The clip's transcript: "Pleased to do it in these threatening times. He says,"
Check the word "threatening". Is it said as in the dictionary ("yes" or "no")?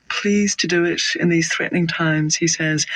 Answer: yes